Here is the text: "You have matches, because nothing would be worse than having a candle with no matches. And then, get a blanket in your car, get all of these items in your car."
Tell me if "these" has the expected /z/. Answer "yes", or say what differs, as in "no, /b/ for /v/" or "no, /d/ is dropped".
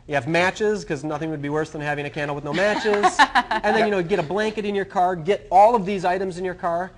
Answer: yes